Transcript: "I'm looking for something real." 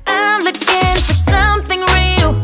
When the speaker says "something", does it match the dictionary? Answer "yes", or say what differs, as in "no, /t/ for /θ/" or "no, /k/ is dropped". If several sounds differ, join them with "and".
yes